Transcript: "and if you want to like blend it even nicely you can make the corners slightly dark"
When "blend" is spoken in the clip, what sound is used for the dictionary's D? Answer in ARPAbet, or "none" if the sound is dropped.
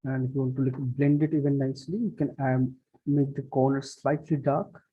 D